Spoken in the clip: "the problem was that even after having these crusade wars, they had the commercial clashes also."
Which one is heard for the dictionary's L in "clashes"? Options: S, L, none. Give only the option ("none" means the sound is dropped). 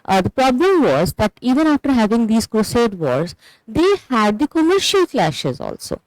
L